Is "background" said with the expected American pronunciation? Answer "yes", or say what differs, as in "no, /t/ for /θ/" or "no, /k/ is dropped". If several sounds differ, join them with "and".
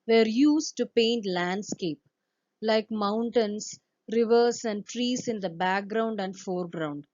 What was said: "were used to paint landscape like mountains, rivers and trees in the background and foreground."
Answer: yes